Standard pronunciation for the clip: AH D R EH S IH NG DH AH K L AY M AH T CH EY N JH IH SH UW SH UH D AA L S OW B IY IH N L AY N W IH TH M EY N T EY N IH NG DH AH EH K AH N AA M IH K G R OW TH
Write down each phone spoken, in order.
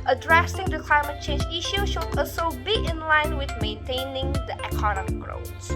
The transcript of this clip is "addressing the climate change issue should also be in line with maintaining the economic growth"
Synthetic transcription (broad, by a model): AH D R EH S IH NG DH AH K L AY M AH T CH EY N JH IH SH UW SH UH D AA S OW B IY IH N L AY N W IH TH M EY N T EY N IH NG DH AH EH K AH N AA M IH K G R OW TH